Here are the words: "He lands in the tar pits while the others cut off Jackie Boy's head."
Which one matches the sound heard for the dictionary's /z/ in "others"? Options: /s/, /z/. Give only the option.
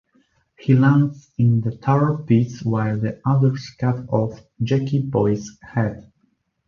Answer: /s/